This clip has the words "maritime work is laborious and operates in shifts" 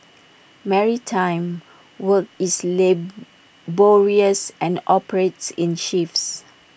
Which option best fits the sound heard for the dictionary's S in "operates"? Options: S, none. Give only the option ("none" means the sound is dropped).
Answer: S